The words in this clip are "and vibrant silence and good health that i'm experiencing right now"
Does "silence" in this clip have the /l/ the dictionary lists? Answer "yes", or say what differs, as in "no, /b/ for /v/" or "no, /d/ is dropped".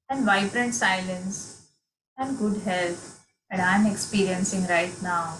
yes